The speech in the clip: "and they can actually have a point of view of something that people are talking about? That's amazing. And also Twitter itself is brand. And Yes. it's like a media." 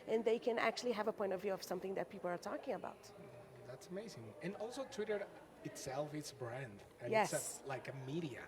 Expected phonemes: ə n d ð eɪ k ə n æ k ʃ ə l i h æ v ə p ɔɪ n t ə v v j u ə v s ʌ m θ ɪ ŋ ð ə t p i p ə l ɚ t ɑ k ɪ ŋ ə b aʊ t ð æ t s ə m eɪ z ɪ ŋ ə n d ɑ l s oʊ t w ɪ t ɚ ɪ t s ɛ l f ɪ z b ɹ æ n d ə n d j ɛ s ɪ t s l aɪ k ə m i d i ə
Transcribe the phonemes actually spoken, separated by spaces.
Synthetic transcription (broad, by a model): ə n ð eɪ k ə n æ k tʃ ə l i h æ v ə p ɔɪ n t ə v v j u ə v s ʌ m θ ɪ ŋ ð ə t p i p l ɚ t ɑ k ɪ ŋ ə b aʊ t ð æ t s ə m eɪ z ɪ ŋ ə n ɑ l s oʊ t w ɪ t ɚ ɪ t s ɛ l f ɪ s b ɹ æ n d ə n j ɛ s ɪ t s l aɪ k ə m i d i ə